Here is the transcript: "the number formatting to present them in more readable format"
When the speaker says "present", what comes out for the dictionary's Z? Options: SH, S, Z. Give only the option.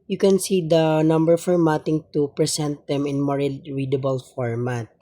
S